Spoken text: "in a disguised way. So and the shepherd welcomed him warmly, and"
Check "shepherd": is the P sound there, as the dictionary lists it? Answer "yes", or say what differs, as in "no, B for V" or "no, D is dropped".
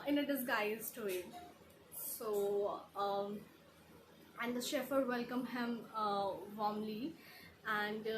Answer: no, F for P